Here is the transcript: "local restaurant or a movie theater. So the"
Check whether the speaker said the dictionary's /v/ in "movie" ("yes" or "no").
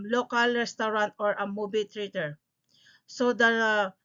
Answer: no